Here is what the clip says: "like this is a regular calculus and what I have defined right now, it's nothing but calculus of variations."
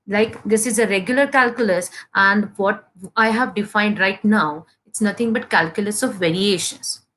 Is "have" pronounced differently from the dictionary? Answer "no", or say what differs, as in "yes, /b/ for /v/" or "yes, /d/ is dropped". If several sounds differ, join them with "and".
no